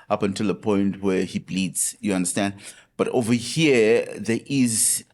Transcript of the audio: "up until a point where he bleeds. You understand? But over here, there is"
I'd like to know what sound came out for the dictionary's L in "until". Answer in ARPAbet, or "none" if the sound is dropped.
L